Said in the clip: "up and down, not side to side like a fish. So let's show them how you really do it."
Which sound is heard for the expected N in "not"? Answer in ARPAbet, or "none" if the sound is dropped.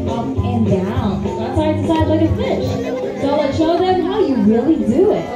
L